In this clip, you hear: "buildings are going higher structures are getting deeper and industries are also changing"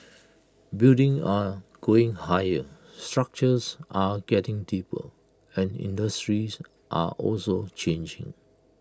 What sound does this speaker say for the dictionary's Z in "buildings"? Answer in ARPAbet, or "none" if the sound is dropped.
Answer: none